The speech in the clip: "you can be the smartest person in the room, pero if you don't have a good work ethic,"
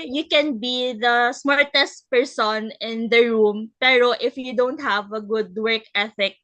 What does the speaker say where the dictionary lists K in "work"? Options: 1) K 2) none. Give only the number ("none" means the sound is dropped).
1